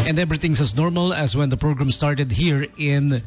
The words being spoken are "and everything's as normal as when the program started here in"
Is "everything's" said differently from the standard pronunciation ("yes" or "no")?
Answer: yes